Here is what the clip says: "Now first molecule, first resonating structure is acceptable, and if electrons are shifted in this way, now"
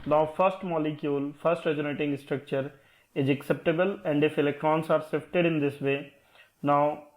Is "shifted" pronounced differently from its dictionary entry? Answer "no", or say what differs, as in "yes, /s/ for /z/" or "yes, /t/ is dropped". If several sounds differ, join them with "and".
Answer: yes, /s/ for /ʃ/